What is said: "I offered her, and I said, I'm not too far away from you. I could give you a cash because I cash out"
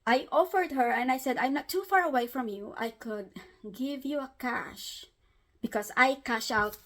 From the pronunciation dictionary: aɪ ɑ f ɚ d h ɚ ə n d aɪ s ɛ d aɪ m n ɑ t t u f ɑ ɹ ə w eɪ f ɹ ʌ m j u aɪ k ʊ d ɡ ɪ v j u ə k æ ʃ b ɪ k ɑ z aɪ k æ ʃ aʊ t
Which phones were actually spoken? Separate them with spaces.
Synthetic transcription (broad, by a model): aɪ ɑ f ɚ d h ɚ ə n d aɪ s ɛ d aɪ m n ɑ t t u f ɑ ɹ ə w eɪ f ɹ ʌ m j u aɪ k ʊ d ɡ ɪ v j u ə k æ ʃ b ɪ k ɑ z aɪ k æ ʃ aʊ t